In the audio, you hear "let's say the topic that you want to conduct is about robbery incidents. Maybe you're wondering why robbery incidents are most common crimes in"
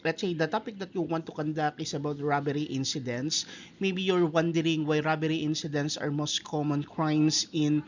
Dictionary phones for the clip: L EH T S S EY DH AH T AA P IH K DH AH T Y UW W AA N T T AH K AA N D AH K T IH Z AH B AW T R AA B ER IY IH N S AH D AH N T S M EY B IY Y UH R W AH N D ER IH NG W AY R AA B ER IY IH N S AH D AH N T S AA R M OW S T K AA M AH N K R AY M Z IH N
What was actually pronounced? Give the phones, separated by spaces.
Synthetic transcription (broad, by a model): L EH T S S EY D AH T AA P IH K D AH T Y UW W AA N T T AH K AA N D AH K IH S AH B AW T R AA B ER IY IH N S AH D AH N T S M EY B IY Y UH R W AH N D ER IH NG W AY R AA B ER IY IH N S AH D AH N T S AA R M OW S T K AA M AH N K R AY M S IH N